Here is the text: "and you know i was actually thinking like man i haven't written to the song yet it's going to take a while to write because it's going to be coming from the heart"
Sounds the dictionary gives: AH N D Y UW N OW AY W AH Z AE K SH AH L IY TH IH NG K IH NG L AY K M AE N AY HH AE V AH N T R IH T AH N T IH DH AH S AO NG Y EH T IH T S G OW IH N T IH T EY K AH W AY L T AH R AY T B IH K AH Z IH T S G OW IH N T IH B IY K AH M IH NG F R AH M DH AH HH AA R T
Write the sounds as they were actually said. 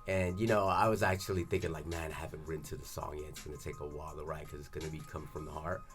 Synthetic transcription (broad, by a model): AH N Y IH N OW AY W AH Z AE K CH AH L IY TH IH NG K IH NG L AY K M AE N AY HH AE V AH N T R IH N T IH DH AH S AO NG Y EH IH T S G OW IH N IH T EY K AH W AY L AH R AY T K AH Z IH T S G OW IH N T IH B IY K AH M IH F R AH M DH AH HH AA R T